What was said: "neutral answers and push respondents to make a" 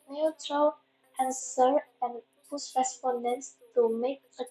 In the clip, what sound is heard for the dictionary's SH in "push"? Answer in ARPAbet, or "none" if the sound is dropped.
S